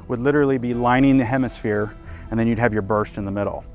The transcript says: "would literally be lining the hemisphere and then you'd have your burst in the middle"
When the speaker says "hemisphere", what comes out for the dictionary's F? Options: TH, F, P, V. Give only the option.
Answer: F